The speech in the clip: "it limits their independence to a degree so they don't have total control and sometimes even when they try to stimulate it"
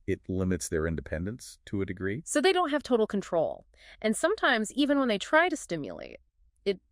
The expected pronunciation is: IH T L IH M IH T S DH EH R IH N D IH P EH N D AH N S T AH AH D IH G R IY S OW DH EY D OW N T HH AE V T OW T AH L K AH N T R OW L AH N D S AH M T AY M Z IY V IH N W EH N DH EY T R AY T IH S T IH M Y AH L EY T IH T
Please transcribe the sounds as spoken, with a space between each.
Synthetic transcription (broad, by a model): IH T L IH M IH T S DH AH R IH N D IH P EH N D AH N S T AH AH D IH G R IY S OW DH EY D OW N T HH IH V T OW T L K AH N T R OW L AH N S AH M T AY M Z IY V IH N W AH N DH EY T R AY T IH S T IH M Y AH L EY T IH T